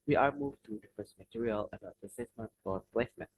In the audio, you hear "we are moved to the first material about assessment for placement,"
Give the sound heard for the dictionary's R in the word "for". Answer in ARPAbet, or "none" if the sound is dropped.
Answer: L